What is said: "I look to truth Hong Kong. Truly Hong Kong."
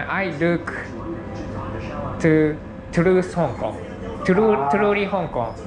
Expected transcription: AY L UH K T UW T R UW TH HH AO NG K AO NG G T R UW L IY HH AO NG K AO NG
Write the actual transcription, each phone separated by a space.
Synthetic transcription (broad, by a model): AY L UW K T UW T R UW S HH AO NG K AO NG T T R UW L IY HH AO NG K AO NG